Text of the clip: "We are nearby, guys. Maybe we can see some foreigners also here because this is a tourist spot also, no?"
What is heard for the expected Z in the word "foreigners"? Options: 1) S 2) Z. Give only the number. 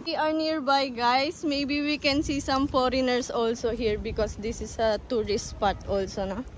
1